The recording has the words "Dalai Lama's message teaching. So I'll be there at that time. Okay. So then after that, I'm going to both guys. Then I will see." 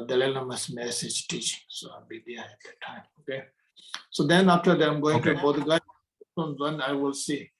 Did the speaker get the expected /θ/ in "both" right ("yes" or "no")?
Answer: no